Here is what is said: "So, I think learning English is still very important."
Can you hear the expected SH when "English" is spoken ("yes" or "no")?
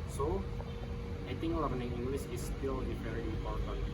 no